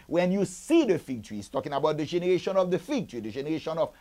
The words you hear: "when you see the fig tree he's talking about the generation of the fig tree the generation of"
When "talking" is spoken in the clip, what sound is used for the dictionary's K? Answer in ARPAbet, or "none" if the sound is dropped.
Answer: K